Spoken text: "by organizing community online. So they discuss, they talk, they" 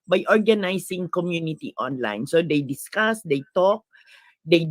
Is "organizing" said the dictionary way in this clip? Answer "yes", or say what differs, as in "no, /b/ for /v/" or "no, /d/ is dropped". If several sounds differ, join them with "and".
no, /s/ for /z/